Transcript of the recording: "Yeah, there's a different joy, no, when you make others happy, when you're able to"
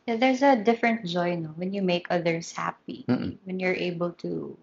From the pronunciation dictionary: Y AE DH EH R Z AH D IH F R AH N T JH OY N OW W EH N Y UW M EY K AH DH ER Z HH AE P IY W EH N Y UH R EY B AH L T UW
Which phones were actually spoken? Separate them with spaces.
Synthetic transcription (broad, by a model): Y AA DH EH R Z AH D IH F R AH N T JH OY N OW W EH N Y UW M EY K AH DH ER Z HH AE P IY W EH N Y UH R EY B AH L T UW